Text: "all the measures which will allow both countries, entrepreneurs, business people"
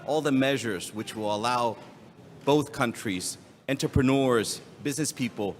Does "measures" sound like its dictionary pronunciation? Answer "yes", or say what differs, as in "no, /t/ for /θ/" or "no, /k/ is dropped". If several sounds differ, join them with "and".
yes